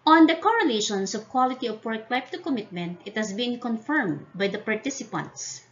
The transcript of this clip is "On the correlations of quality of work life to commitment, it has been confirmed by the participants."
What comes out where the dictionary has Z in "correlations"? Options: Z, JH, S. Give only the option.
S